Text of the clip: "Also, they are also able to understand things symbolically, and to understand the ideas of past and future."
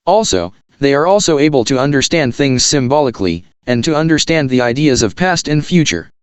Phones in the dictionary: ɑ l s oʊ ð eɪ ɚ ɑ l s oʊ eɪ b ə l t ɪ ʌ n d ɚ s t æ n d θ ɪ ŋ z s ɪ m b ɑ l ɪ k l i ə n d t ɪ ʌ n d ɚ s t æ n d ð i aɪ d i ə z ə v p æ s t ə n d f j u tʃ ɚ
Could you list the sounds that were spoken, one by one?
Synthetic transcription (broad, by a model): ɑ l s oʊ ð eɪ ɚ ɑ l s oʊ eɪ b ə l t ɪ ʌ n d ɚ s t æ n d θ ɪ ŋ z s ɪ m b ɑ l ɪ k l i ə n t ɪ ʌ n d ɚ s t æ n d ð i aɪ d i ə z ə v p æ s t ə n f j u tʃ ɚ